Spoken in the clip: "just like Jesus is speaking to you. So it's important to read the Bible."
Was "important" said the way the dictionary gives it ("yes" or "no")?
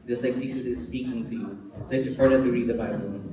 no